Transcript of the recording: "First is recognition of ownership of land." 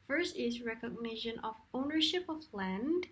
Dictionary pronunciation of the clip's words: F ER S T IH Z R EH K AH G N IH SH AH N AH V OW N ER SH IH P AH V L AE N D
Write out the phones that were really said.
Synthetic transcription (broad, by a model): F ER S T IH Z R EH K AH G N IH SH AH N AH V OW N ER SH IH P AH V L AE N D